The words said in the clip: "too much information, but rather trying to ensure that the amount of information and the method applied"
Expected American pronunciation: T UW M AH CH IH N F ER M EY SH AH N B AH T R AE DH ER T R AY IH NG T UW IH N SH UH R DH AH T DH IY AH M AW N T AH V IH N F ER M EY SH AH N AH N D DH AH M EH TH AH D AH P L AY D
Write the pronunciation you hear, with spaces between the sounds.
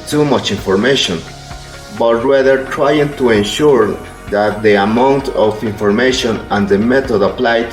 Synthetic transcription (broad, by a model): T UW M AH CH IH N F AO M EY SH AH N B AH T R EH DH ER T R AY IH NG T UW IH N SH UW R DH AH T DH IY AH M AW N T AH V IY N F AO M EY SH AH N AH N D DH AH M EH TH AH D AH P L AY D